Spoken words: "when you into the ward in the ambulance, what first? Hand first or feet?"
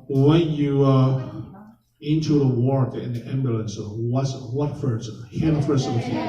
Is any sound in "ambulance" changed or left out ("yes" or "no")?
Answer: no